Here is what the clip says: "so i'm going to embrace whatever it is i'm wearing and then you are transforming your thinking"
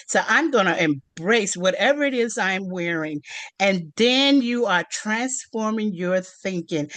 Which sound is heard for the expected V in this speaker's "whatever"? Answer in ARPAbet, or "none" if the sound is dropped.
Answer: V